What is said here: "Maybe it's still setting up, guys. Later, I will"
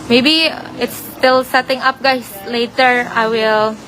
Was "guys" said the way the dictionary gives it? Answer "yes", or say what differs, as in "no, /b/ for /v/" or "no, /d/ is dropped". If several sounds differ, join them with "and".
no, /s/ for /z/